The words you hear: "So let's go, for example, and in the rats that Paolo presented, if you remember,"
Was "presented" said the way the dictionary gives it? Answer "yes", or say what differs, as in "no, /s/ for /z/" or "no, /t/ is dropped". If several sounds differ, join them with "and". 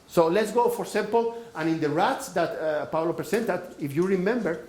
no, /s/ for /z/